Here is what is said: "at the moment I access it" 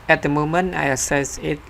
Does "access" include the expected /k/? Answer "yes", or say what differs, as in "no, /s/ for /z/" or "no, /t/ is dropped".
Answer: no, /k/ is dropped